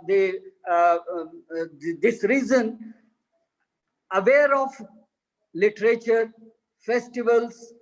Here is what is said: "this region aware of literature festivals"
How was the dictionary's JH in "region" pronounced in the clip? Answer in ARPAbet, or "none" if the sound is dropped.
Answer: Z